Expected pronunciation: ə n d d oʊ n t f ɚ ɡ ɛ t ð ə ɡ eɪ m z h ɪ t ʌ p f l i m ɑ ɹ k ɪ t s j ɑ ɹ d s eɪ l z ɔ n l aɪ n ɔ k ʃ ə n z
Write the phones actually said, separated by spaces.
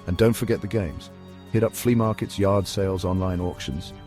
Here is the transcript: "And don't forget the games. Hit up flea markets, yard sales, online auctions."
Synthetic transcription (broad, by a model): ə n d d oʊ n t f ɚ ɡ ɛ t ð ə ɡ eɪ m z h ɪ t ʌ p f l i m ɑ ɹ k ɪ t s j ɑ ɹ d s eɪ l z ɔ n l aɪ n ɔ k ʃ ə n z